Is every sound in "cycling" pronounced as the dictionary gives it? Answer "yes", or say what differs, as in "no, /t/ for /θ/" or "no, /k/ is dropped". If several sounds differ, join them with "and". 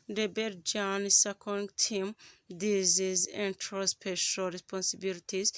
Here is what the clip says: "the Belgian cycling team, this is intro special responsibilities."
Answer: no, /l/ is dropped